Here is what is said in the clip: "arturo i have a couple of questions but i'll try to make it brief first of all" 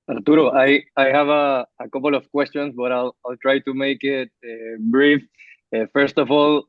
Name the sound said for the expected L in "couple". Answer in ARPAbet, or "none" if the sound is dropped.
L